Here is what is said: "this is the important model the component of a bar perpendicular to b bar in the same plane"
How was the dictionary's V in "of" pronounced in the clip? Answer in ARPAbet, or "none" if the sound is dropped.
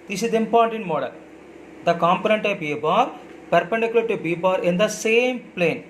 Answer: P